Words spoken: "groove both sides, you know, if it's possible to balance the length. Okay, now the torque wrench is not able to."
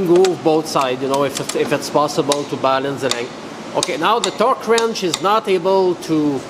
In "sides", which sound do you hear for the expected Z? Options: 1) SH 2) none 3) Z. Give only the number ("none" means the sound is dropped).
2